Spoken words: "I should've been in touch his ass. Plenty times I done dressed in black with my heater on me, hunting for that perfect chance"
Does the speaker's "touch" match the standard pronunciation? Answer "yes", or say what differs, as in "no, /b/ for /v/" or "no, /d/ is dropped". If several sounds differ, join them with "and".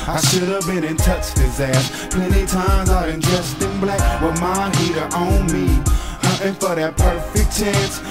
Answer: yes